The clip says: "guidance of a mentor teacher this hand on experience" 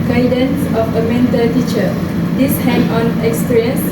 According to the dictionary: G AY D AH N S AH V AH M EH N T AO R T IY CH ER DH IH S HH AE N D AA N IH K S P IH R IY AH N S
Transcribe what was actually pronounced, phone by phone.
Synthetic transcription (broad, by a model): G AY D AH N S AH F AH M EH N T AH L T IY CH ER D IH S HH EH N AA N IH K S P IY R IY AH N S